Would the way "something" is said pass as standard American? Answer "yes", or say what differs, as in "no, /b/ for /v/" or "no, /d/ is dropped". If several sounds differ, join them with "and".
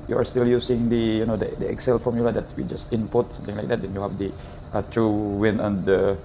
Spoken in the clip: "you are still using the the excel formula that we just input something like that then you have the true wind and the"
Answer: no, /t/ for /θ/